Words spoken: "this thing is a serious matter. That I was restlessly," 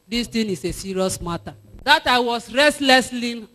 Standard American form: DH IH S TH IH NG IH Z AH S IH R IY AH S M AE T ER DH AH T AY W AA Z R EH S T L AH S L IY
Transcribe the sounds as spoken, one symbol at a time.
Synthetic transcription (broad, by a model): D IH S T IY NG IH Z AH S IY R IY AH S M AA T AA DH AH T AY W AA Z R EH S T L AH S L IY